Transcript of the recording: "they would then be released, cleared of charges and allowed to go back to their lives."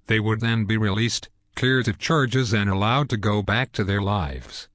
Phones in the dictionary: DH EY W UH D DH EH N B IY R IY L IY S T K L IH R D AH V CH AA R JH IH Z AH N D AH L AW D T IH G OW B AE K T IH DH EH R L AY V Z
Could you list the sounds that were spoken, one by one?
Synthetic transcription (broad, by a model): DH EY W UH D DH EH N B IY R IY L IY S T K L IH R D AH V CH AA R JH IH Z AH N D AH L AW D T IH G OW B AE K T IH DH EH R L AY V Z